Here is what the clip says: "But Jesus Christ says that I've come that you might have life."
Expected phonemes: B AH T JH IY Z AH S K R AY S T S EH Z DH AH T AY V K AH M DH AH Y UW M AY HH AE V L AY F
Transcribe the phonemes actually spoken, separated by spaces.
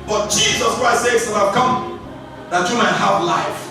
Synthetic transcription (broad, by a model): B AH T JH IY Z AH S K R AY S T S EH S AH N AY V K AH M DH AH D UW M AY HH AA F L AY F